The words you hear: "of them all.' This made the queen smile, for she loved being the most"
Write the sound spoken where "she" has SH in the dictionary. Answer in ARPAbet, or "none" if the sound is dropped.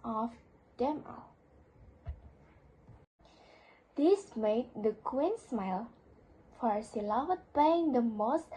S